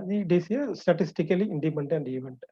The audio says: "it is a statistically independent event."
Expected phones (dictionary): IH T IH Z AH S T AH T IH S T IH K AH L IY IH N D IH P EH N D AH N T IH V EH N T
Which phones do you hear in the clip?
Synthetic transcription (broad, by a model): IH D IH S AH S T AH T IH S T IH K AH L IY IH N D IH P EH N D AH N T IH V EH N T